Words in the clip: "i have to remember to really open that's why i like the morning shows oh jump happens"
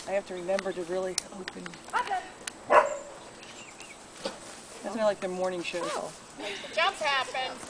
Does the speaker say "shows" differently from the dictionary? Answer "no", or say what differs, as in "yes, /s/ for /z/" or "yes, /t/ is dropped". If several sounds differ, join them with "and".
yes, /z/ is dropped